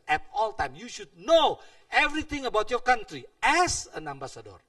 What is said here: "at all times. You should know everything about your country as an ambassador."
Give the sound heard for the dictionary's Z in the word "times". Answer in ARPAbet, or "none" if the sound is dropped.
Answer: none